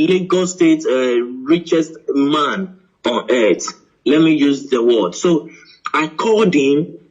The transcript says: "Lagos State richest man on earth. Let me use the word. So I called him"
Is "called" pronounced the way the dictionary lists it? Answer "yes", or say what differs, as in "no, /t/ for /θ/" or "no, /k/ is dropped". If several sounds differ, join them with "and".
no, /l/ is dropped